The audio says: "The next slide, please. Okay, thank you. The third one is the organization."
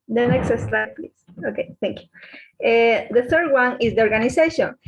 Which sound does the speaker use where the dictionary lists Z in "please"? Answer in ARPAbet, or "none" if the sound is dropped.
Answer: S